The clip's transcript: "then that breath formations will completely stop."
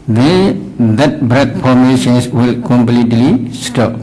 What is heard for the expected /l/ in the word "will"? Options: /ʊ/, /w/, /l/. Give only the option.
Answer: /l/